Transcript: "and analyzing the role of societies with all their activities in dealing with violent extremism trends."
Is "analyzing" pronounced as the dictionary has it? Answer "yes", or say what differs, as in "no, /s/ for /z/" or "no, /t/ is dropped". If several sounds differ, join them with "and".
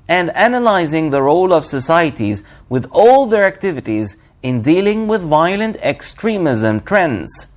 yes